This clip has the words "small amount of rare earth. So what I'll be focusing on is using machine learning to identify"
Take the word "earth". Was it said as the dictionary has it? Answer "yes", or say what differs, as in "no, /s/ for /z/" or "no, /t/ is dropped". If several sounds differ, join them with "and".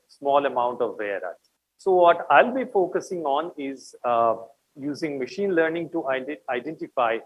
no, /t/ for /θ/